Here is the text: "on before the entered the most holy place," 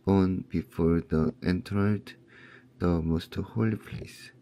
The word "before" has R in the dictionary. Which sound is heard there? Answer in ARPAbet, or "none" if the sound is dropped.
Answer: R